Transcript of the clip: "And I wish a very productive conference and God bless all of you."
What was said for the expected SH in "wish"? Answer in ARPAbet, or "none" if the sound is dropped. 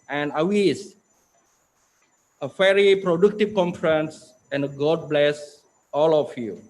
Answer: S